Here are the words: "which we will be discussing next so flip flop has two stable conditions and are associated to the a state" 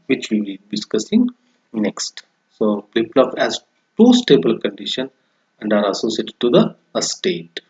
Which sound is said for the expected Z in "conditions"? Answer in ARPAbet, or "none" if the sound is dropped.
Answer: none